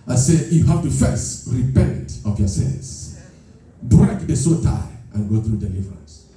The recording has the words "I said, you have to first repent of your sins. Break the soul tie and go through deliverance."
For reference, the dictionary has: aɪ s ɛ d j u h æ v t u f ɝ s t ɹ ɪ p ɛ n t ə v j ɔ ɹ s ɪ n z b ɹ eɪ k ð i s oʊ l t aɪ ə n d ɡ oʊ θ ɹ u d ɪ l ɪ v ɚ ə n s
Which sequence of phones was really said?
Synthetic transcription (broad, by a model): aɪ s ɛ j u h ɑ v t u f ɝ s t ɹ ɪ p ɛ n t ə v j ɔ s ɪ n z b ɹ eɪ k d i s oʊ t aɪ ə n ɡ oʊ θ ɹ u d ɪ l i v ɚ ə n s